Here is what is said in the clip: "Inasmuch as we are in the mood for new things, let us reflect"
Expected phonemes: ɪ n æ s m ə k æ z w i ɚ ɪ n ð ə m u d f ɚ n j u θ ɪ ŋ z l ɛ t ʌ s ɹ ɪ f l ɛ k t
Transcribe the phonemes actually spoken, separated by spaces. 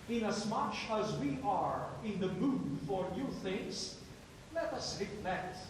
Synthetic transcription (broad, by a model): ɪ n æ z m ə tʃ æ z w i ɚ ɪ n ð ə m u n f ɚ n j u θ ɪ ŋ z l ɛ t ʌ s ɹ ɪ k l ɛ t